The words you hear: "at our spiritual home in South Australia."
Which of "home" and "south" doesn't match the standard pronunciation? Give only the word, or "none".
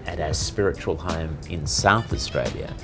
none